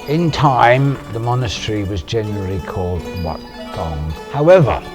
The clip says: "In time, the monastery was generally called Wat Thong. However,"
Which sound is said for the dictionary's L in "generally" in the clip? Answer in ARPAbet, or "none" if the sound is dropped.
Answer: L